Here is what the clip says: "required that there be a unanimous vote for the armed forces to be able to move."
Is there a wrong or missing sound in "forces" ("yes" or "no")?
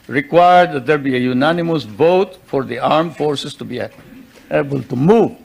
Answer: yes